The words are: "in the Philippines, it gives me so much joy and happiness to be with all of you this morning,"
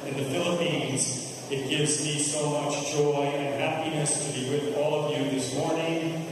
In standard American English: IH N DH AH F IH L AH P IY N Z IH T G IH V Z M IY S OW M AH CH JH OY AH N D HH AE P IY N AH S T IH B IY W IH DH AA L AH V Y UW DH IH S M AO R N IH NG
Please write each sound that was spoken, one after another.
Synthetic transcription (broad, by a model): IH N DH AH F IH L AH P IY N Z IH T G IH V Z M IY S OW M AH CH JH OY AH N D HH AE P IY N AH S T IH B IY W IH DH AA L AH V Y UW DH IH S M AO R N IH NG